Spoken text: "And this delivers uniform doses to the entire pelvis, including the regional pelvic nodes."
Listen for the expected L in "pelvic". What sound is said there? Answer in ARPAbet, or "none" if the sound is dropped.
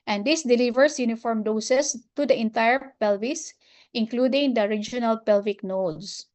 L